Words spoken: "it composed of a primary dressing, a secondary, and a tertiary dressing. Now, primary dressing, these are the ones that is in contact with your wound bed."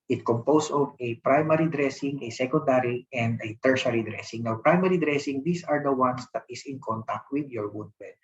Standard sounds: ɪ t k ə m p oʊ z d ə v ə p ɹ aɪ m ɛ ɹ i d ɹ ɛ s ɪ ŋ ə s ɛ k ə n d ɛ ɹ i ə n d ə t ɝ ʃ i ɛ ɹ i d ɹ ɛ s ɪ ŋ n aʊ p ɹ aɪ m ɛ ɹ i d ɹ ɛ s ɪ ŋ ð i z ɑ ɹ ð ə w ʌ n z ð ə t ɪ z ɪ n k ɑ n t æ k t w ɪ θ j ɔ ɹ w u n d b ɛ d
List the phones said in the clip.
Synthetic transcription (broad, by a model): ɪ t k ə m p oʊ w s ə v ə p ɹ aɪ m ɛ ɹ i d ɹ ɛ s ɪ ŋ ə s ɛ k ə n d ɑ ɹ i ə n d ə t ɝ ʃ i ɹ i d ɹ ɛ s ɪ ŋ n aʊ p ɹ aɪ m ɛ ɹ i d ɹ ɛ s ɪ ŋ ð i s ɑ ɹ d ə w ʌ n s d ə t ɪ s ɪ n k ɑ n t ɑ k t w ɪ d j ɔ ɹ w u d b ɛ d